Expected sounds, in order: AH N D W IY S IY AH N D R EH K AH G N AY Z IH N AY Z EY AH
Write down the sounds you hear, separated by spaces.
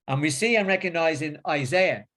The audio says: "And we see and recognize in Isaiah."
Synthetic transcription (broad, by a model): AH N W IY S IY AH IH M R EH K AH G N AY Z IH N AY Z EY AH